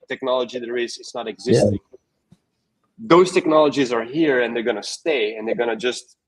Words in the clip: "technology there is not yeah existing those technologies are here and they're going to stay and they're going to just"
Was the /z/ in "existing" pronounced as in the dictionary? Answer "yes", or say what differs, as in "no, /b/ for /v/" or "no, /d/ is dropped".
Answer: yes